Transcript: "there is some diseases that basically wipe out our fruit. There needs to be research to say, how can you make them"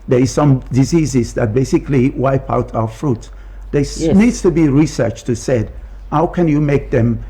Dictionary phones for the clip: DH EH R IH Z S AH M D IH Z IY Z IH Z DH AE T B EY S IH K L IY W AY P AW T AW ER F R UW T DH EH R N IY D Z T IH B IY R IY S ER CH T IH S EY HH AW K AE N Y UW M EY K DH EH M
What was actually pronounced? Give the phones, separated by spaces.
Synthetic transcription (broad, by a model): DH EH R IH Z S AH M D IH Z IY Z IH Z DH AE T B EY S IH K L IY W AY P AW T AW ER F R UW T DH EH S N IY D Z T IH B IY R IY S ER CH T IH S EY HH AW K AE N Y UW M EY K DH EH M